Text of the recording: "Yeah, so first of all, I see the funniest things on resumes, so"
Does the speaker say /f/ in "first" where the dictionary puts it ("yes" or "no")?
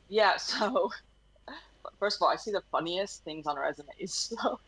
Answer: yes